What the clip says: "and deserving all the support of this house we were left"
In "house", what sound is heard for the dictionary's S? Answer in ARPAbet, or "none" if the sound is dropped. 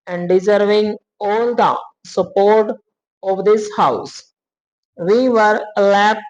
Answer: S